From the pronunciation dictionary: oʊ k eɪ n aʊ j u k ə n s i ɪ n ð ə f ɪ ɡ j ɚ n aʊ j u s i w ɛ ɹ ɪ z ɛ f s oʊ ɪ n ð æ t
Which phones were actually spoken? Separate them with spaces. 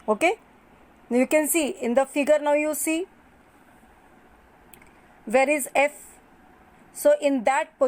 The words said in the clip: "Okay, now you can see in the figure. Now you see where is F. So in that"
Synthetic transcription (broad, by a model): oʊ k eɪ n j u k ə n s i ɪ n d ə f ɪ ɡ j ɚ n aʊ j u s i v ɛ ɹ ɪ z ɛ f s oʊ ɪ n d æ t